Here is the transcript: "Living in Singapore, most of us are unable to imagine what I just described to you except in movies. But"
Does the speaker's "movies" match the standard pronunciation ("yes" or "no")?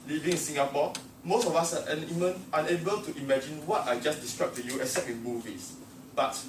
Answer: no